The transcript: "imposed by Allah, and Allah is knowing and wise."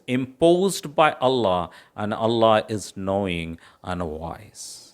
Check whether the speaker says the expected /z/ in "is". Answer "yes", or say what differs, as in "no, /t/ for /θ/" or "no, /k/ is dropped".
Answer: yes